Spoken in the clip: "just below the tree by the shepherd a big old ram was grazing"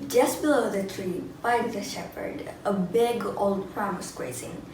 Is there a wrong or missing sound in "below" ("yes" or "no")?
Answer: no